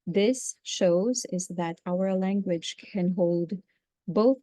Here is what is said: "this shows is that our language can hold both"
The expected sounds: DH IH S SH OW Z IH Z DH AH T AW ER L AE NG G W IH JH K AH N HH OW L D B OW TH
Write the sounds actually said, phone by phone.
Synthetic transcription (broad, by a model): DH IH S SH OW Z IH Z DH AH T AW ER L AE NG G W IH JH K AH N HH OW L D B OW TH